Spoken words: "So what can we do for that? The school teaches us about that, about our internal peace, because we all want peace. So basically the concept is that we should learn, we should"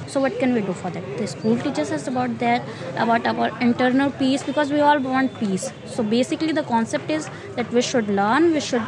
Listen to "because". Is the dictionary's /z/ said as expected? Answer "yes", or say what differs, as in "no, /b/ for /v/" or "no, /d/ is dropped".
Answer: yes